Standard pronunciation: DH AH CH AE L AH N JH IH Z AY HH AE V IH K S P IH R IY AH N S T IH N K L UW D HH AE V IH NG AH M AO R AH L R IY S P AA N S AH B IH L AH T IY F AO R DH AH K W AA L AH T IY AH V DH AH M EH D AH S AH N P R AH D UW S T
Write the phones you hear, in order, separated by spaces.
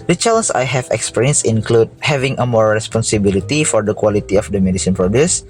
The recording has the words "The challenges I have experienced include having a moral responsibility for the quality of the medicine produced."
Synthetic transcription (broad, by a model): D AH CH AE L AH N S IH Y HH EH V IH K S P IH R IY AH N S IH N K L UW D HH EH V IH NG AH M AO R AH S P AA N S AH B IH L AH T IY F AO R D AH K W AA L AH T IY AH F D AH M EH D AH S AH N P R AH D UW S